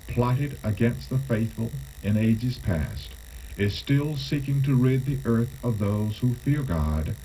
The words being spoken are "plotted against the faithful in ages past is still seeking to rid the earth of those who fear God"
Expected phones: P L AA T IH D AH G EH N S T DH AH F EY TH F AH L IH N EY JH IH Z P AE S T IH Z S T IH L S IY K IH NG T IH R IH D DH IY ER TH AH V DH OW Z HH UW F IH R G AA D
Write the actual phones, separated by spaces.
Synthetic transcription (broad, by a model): P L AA T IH D AH G EH N S T DH AH F EY TH F AH L IH N EY JH IH Z P AE S T IH Z S T IH L S IY K IH NG T IH R IH D DH IY ER TH AH V DH OW Z HH UW F IH R G AA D